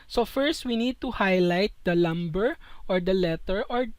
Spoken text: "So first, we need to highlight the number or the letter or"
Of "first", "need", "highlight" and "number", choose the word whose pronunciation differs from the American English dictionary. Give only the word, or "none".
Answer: number